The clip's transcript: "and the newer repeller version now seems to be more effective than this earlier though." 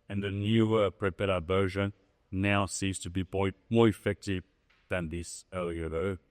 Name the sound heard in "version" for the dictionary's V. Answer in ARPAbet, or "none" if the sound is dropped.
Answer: B